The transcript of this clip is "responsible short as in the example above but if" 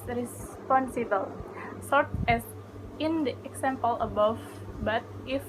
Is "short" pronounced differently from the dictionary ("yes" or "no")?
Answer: yes